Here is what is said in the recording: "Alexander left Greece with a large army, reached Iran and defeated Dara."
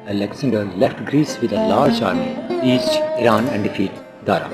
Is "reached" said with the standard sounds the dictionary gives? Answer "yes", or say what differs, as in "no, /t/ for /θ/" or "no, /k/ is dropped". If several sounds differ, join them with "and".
no, /t/ is dropped